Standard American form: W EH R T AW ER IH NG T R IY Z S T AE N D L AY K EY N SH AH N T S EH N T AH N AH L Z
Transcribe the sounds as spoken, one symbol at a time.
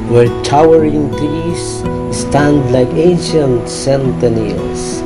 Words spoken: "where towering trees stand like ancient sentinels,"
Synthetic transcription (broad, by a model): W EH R T AW ER IH NG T IY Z S T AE N D L AY K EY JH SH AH N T S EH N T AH N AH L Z